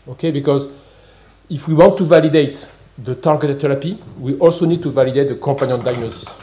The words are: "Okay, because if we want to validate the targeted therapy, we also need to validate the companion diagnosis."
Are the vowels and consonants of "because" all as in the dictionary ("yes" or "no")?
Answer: yes